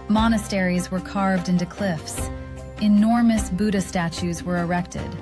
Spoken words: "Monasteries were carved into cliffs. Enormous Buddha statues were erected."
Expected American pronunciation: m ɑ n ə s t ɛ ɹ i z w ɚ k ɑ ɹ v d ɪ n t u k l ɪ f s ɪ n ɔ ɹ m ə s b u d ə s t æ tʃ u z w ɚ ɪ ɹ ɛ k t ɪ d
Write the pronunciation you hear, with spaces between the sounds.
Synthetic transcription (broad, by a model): m ɑ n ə s t ɛ ɹ i z w ɚ k ɑ ɹ v d ɪ n t u k l ɪ f s ɪ n ɔ ɹ m ə s b u d ə s t æ tʃ u z w ɚ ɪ ɹ ɛ k t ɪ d